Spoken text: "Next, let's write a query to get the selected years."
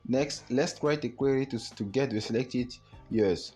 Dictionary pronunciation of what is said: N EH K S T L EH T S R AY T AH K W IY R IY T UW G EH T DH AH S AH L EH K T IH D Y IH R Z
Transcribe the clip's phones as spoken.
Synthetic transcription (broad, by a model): N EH K S T L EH T S R AY T AH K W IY R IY T UW G EH T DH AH S AH L EH K T IH D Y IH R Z